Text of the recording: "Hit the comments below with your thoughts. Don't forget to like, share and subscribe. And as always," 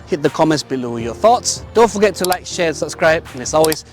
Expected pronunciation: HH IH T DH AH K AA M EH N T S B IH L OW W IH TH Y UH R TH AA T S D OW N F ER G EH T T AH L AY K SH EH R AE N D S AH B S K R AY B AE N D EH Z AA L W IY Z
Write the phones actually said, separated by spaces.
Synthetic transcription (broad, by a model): HH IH T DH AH K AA M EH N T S B IH L OW Y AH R TH AA T S D OW N F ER G EH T T AH L AY K SH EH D S AH B S K R AY B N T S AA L W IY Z